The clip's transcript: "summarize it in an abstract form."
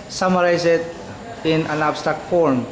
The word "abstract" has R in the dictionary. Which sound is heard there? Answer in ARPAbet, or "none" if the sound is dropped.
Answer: none